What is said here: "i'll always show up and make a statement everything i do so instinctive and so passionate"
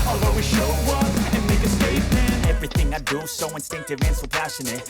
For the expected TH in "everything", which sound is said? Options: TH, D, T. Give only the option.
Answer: TH